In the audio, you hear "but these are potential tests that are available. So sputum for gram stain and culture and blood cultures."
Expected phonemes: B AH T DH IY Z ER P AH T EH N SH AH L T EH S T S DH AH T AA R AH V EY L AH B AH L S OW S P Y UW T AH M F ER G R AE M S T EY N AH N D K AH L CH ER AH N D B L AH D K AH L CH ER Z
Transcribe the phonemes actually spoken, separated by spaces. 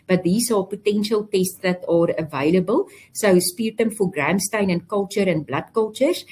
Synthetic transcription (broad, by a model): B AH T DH IY S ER P AH T EH N SH AH L T EH S T S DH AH T AA R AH V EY L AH B AH L S OW S P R T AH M F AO G R AE M S T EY N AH N K AH L CH ER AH N B L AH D K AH L CH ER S